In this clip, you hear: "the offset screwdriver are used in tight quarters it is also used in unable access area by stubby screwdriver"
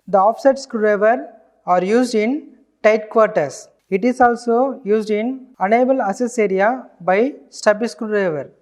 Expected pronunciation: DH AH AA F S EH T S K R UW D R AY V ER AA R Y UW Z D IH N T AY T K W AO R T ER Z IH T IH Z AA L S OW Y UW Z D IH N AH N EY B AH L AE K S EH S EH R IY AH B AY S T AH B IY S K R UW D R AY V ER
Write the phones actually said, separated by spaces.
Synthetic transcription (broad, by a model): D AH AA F S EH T S K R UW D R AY V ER AA R Y UW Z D IH N T AY T K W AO R T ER S IH T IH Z AA L S OW Y UW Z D IH N AH N EY B AH L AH S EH S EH R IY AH B AY S T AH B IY S K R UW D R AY V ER